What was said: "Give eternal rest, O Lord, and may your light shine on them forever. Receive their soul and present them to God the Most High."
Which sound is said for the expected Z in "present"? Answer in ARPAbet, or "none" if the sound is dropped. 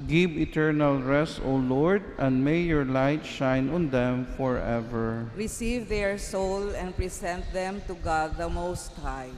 S